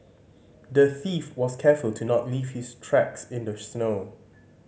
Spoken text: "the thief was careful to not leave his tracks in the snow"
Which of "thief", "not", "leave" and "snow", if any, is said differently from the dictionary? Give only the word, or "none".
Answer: none